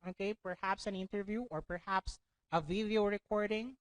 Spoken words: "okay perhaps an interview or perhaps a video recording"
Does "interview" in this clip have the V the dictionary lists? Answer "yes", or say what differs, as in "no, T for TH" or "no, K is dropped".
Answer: yes